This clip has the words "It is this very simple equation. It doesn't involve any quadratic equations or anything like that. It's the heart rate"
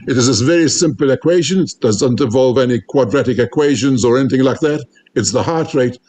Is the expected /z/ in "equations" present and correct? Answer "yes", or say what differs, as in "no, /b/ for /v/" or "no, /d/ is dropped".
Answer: yes